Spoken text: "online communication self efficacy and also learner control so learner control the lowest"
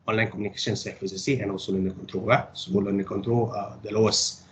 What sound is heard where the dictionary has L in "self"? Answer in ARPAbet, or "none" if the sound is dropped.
none